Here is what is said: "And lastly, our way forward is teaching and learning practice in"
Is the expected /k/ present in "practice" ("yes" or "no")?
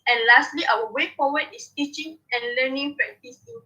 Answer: no